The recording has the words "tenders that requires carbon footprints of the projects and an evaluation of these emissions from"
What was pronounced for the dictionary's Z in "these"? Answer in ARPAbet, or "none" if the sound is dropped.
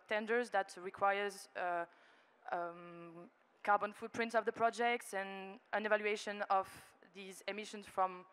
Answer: Z